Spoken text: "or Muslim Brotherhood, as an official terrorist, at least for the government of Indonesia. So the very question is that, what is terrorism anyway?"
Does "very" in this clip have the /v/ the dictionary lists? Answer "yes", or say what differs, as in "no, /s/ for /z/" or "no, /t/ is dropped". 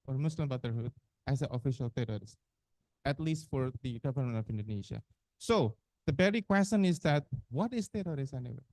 no, /b/ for /v/